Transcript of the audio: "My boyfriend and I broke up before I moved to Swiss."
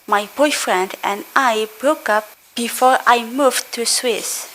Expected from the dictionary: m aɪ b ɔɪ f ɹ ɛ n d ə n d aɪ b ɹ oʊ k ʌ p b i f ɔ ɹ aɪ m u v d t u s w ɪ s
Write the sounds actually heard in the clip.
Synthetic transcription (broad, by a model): m aɪ b ɔɪ f ɹ ɛ n d ə n d aɪ b ɹ oʊ k ʌ p b i f ɔ ɹ aɪ m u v t u s w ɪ s